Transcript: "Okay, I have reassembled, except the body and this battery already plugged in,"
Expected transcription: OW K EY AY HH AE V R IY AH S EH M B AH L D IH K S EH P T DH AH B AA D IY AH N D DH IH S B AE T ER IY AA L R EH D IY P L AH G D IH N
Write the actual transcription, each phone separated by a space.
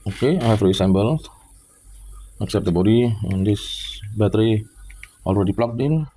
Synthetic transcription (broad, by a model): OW K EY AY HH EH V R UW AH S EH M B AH L IH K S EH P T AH B AA D IY AH N D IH S B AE T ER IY AA L R EH D IY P L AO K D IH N